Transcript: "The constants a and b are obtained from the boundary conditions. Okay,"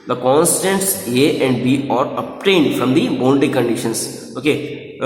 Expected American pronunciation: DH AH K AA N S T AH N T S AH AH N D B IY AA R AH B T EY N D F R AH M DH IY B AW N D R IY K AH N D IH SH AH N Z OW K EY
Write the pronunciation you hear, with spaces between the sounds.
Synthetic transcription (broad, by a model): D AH K AA N S T AH N T S AH AH N D B IY AA R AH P T EY N D F R AH M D IY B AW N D IY K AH N D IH SH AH N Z OW K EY